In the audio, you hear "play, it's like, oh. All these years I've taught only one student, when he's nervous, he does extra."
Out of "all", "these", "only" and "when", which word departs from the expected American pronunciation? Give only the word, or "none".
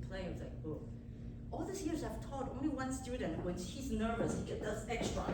these